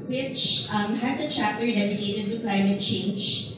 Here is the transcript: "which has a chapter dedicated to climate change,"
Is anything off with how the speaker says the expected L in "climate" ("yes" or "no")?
no